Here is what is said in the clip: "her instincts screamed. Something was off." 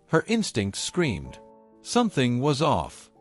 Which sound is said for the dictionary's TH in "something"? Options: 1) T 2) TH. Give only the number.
2